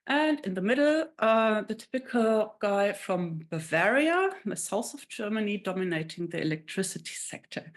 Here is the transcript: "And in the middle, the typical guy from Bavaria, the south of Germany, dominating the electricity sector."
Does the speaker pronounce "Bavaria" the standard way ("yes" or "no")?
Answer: yes